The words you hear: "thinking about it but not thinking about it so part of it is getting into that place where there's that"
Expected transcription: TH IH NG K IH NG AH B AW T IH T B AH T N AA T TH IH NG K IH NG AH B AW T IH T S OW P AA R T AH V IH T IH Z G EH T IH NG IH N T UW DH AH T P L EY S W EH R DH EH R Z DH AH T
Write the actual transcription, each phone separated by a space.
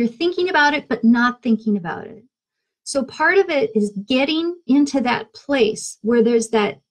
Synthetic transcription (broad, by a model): TH IH NG K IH NG AH B AW T IH T B AH T N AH T TH IH NG K IH NG AH B AW T IH T S OW P AA R T AH V IH T IH Z G EH T IH NG IH N T UW DH AH T P L EY S W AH R DH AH R Z DH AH T